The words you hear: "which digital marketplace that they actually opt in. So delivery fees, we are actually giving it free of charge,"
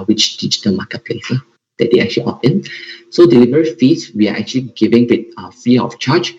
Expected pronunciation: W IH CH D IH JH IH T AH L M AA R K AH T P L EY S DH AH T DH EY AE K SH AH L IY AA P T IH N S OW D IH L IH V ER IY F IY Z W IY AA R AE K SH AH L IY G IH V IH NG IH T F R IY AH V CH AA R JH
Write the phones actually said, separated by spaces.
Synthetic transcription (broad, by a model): W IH CH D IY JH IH T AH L M AA K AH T P L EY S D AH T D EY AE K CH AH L IY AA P IH N S OW D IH L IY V ER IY F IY S W IY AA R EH K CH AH L IY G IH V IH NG IH T F IY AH F CH AA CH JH